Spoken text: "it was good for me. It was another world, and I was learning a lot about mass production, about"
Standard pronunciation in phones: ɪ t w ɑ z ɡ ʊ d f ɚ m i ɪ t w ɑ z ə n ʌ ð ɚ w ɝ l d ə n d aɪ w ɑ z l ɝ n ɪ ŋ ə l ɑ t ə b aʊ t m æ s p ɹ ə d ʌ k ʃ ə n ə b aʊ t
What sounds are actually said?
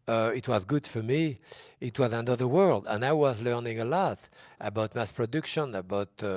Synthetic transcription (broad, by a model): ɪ t w ɑ z ɡ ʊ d f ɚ m i ɪ t w ɑ z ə n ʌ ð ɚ w ɝ l d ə n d aɪ w ɑ z l ɝ n ɪ ŋ ə l ɑ t ə b aʊ t m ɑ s p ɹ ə d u k ʃ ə n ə b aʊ t